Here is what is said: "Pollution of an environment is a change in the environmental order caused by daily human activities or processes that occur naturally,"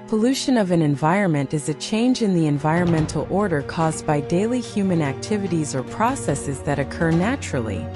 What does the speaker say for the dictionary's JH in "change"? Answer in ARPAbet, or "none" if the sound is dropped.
JH